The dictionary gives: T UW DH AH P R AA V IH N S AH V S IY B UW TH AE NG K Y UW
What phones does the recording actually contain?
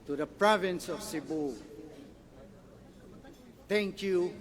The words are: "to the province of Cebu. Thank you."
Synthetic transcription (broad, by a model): T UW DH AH P R AA V IH N S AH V S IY B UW T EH NG K Y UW